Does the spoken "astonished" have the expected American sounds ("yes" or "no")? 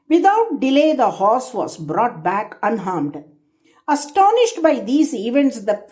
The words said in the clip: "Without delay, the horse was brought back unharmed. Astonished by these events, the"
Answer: yes